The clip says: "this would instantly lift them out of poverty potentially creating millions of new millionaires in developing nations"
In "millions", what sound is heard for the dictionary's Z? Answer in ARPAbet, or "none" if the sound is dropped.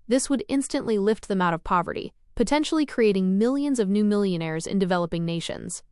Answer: Z